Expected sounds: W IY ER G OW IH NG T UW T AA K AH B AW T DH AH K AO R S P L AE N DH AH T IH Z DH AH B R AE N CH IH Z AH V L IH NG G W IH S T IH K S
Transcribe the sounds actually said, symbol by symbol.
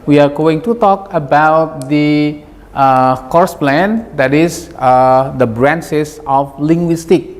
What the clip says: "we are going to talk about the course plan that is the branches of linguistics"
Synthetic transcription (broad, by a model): W IY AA G OW IH NG T UW T AA K AH B AW T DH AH K AO R S P L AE N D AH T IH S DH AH B R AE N S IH S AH F L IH NG G W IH S T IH K